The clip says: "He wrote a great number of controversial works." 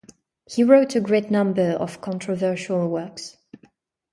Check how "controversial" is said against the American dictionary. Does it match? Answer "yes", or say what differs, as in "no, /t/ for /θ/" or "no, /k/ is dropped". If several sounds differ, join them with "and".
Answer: yes